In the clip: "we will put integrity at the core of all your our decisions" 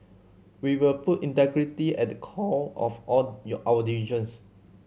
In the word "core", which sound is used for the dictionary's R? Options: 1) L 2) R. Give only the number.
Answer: 1